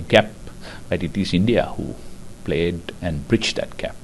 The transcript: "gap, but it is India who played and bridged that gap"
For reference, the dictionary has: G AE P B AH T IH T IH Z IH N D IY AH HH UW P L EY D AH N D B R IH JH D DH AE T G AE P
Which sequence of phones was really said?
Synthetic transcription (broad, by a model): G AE P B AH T IH T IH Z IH N D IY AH HH UW P L EY D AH N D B R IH CH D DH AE T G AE P